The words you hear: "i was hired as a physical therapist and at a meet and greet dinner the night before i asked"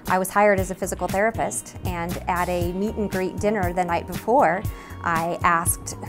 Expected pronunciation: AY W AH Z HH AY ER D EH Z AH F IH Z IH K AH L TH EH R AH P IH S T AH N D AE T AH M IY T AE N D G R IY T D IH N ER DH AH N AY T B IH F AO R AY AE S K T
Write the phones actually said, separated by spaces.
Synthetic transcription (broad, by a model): AY W AH Z HH AY ER D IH Z AH F IH Z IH K L TH EH R AH P IH S T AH N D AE T AH M IY T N G R IY T D IH N ER DH AH N AY T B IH F AO R AY AE S K T